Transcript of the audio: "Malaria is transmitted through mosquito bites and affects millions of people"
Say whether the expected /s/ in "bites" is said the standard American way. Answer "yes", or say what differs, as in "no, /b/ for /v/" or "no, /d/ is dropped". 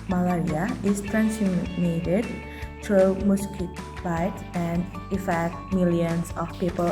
no, /s/ is dropped